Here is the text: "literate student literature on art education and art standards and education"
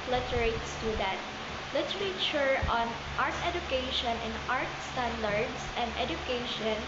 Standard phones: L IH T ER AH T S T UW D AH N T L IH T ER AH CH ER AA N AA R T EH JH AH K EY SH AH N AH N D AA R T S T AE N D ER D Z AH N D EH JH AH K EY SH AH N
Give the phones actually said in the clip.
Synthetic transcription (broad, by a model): L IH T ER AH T S T UW D AH N T L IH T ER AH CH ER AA N AA R T EH JH AH K EY SH AH N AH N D AA R T S T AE N D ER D S AH N D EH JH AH K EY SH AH N